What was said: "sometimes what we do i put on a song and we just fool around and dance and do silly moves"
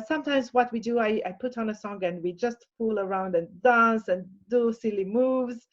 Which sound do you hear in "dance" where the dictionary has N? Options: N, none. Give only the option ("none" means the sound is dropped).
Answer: N